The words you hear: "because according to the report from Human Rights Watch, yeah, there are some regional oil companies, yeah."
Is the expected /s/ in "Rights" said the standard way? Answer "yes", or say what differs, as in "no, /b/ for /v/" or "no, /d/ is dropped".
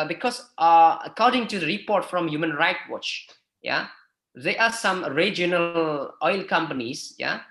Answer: no, /s/ is dropped